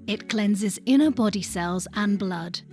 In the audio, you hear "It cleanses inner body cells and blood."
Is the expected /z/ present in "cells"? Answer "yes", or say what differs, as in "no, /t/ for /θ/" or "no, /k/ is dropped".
yes